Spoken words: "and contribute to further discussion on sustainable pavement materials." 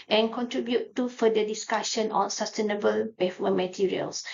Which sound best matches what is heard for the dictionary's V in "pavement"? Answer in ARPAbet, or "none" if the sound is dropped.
F